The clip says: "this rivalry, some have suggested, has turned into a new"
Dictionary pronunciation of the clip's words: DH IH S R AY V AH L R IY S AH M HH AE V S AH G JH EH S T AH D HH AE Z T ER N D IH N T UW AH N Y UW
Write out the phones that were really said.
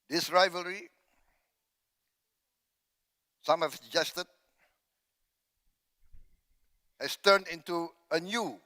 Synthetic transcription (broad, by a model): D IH S R AY V AH L R IY S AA M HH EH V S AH JH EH S T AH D HH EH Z T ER N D IH N T UW AH N Y UW